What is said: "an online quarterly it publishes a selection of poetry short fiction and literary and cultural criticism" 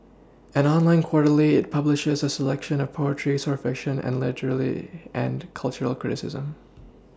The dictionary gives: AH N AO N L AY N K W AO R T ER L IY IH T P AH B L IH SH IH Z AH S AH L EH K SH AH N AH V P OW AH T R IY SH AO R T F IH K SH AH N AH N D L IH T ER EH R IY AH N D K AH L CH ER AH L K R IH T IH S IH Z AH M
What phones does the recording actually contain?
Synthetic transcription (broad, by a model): AH N AO N L AY N K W AO R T L IY IH T P AH B L IH SH IH Z AH S AH L EH K SH AH N AH V P OW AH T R IY S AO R F IH K SH AH N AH N L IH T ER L IY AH N K AH L CH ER L K R IH T IH S IH Z AH M